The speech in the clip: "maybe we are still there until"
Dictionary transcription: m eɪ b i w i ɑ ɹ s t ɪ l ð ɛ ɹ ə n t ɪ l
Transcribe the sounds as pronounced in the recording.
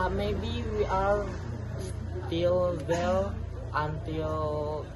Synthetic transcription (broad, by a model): m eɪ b i w i ɑ ɹ s t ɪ l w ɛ l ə n t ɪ l